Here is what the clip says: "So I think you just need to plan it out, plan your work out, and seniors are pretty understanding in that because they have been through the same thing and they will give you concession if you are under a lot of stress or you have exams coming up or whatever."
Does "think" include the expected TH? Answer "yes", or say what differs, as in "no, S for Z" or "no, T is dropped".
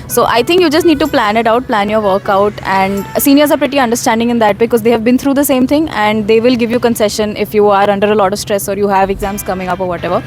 no, T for TH